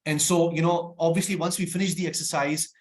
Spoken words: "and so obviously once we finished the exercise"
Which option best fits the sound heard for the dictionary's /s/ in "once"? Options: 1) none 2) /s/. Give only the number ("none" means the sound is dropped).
2